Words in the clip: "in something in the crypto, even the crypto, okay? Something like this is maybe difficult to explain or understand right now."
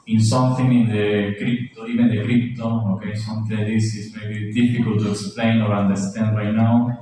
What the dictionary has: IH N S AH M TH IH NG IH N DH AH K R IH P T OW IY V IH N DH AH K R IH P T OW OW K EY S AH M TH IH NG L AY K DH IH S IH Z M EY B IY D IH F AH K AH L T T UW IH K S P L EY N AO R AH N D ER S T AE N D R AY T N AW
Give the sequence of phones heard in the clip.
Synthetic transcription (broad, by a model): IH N S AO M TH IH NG IH N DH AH K R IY P T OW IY P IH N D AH K R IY P T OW OW K EY S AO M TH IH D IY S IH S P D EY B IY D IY F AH K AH L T T UW IH K S P L EY N AO R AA N D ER S T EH N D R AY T N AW